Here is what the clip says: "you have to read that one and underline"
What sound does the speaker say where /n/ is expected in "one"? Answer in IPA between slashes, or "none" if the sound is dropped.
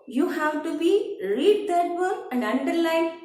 none